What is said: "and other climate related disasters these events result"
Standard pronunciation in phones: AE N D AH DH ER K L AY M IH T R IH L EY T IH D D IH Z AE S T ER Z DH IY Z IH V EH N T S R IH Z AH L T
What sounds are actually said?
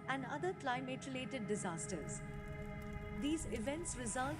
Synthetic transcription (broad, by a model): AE N D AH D ER K L AY M IH T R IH L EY T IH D D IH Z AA S T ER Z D IY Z IH V EH N T S R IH Z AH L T